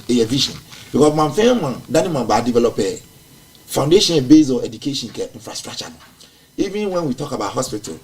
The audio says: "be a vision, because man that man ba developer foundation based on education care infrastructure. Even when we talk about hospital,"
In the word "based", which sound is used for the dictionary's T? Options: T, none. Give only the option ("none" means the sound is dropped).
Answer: none